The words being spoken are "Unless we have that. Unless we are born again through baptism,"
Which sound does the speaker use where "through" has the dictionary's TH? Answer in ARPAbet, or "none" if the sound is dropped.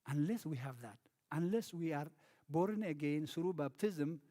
S